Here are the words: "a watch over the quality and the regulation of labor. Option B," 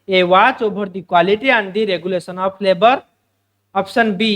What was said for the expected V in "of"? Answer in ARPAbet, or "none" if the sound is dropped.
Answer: P